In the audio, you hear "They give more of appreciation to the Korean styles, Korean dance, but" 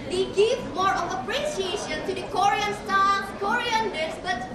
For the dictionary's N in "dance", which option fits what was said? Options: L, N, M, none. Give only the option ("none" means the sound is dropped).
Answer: none